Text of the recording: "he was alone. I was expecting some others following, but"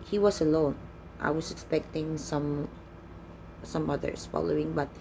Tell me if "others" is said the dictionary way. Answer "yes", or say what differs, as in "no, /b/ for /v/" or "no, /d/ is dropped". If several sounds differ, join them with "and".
no, /s/ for /z/